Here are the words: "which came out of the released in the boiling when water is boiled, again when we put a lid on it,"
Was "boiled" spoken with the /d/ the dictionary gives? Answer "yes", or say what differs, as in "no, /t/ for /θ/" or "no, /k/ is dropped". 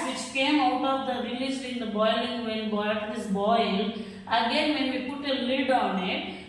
no, /d/ is dropped